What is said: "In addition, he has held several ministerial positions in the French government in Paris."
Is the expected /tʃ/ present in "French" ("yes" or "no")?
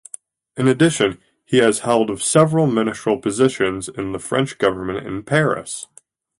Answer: yes